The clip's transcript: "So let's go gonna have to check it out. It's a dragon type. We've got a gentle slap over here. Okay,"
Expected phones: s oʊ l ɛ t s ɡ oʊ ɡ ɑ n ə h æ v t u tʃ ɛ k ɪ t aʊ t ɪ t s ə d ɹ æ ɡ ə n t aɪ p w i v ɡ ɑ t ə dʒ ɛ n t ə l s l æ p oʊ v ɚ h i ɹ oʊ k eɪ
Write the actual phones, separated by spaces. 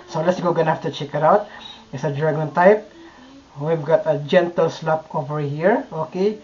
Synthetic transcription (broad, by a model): s oʊ l ɛ t s ɡ oʊ ɡ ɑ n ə h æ f t u tʃ ɛ k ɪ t aʊ t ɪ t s ə d ɹ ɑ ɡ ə n t aɪ p w i v ɡ ɑ t ə dʒ ɛ n t ə l s l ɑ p oʊ v ɚ h i ɹ oʊ k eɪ